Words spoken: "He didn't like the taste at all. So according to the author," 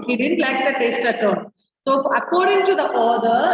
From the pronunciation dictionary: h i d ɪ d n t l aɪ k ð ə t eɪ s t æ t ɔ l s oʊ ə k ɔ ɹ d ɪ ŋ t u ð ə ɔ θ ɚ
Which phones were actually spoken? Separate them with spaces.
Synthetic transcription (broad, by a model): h i d ɪ d n t l aɪ k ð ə t eɪ s t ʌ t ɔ n s oʊ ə k ɔ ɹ d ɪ ŋ t u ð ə ɔ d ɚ